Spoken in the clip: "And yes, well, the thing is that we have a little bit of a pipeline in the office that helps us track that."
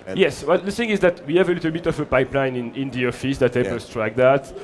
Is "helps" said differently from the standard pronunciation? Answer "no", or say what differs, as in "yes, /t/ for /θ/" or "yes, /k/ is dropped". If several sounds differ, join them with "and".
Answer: yes, /l/ is dropped and /s/ is dropped